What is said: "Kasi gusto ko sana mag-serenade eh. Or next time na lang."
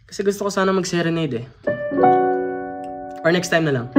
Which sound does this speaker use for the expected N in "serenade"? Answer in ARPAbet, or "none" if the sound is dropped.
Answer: N